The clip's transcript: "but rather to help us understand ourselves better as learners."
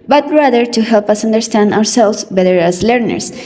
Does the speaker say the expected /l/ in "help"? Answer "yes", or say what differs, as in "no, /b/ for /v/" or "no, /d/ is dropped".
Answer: yes